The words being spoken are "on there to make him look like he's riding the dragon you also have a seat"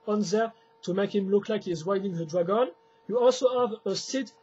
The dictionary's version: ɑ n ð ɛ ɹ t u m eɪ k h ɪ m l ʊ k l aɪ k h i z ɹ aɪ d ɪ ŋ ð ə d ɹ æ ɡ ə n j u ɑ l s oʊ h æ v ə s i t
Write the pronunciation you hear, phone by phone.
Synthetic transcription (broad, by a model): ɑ n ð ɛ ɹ t u m eɪ k h ɪ m l ʊ k l aɪ k h i z w aɪ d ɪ ŋ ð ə d ɹ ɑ ɡ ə n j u ɑ l s oʊ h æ v ə s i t